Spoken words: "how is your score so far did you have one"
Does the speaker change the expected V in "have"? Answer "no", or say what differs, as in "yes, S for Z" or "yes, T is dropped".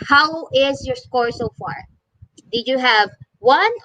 no